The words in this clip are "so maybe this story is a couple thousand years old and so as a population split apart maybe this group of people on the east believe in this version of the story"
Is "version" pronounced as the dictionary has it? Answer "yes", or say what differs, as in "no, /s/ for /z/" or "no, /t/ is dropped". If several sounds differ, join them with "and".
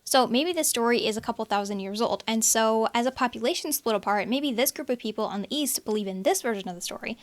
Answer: yes